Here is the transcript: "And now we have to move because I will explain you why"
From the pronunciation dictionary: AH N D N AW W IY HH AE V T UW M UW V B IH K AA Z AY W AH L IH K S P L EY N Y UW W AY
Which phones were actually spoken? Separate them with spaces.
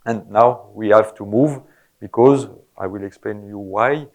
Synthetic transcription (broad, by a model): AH N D N AW W IY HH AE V T UW M UW V B IH K AA Z AY W AH L IH K S P L EY N Y UW W AY